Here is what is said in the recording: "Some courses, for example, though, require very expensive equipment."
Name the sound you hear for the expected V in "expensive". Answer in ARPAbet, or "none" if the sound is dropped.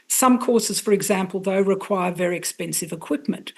V